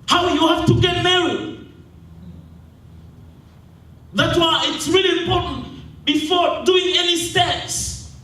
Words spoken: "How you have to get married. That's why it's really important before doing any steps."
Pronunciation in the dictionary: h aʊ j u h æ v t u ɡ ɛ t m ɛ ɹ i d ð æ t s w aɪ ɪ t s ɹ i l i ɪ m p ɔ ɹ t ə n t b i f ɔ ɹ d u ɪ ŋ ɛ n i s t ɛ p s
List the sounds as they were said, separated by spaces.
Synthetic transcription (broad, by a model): h aʊ j u h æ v t u ɡ ɛ t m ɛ i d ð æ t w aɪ ɪ t s ɹ i l i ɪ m p ɔ ɹ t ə n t b i f ɔ ɹ d u ɪ ŋ ɛ n i s t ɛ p s